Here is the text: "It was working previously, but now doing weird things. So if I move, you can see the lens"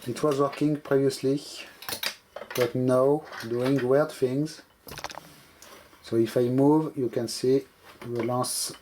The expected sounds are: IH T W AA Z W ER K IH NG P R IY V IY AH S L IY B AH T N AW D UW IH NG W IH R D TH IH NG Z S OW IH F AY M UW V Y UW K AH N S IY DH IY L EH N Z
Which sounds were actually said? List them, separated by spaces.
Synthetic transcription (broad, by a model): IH T W AA Z W ER K IH NG P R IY V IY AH S L IY B AH T N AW D UW IH NG W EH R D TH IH NG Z S OW IH F AY M UW V Y UW K AH N S IY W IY L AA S